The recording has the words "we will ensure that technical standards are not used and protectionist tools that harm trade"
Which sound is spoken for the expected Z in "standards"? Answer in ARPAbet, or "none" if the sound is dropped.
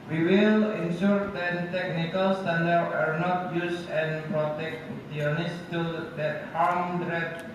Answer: none